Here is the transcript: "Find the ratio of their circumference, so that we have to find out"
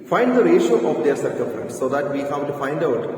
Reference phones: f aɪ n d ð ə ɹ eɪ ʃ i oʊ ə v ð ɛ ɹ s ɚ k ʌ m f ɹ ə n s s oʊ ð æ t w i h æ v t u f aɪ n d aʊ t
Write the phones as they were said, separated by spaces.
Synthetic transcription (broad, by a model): f aɪ n d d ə ɹ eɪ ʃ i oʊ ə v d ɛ ɹ s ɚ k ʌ f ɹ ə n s s oʊ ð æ t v i h æ v t u f aɪ n d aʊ t